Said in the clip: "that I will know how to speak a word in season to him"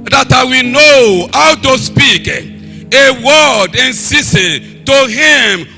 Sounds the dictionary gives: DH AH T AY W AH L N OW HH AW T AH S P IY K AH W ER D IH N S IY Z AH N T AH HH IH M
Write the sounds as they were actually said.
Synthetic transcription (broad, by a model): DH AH T AY W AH N OW HH AW T AH S P IY K AH W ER D IH N S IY S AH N T AH HH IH M